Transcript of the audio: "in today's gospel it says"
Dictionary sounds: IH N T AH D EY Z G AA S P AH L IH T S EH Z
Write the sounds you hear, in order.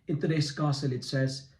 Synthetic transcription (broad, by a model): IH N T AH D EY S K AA S AH L IH T S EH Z